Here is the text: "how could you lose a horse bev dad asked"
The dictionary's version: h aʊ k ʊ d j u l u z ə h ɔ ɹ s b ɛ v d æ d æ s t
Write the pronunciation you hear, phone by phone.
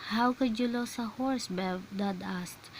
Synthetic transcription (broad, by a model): h aʊ k ʊ d j u l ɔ s ə h ɔ ɹ s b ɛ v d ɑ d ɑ s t